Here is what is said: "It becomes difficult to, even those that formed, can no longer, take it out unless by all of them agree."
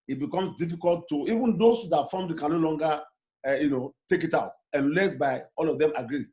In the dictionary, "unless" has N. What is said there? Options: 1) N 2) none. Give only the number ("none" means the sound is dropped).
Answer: 1